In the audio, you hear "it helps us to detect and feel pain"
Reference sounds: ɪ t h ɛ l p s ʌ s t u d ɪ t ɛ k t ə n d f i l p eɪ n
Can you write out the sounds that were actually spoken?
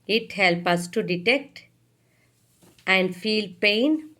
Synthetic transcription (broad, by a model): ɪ t h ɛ l p ʌ s t u d ɪ t ɛ k t ə n d f i l p eɪ n